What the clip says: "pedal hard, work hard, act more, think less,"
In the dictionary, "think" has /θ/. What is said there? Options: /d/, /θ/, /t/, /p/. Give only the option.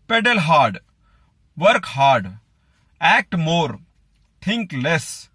/t/